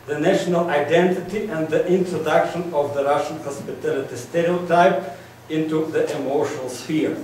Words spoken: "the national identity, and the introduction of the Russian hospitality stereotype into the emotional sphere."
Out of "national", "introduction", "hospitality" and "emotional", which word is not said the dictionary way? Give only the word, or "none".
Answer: emotional